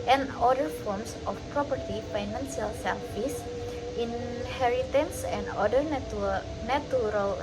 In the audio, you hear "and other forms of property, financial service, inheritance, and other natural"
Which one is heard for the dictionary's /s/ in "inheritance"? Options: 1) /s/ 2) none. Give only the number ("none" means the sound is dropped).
1